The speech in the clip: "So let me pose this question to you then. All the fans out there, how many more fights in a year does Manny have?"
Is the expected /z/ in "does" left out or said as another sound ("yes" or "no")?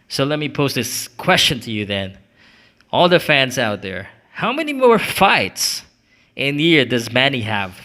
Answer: no